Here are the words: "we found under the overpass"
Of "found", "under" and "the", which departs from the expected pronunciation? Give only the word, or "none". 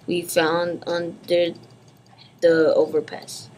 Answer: none